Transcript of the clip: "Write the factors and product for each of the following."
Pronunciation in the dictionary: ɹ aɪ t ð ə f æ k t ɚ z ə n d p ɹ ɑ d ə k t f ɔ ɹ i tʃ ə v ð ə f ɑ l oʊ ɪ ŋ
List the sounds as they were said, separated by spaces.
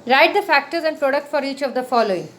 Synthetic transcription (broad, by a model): ɹ aɪ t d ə f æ k t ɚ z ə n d p ɹ ɑ d ə k t f ɔ ɹ i tʃ ə v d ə f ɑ l oʊ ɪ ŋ